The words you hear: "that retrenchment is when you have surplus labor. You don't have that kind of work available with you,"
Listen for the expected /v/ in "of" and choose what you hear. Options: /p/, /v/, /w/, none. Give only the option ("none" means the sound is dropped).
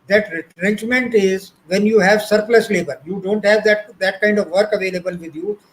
/v/